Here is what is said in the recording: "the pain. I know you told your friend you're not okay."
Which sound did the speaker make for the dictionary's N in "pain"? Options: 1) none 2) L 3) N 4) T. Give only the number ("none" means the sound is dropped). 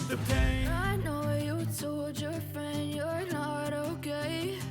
1